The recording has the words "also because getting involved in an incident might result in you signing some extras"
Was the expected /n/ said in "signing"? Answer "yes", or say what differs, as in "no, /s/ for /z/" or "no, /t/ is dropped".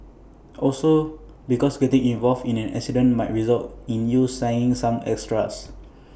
no, /n/ is dropped